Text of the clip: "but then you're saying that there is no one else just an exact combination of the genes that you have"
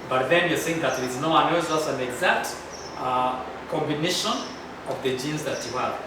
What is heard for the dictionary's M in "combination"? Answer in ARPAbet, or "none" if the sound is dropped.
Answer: M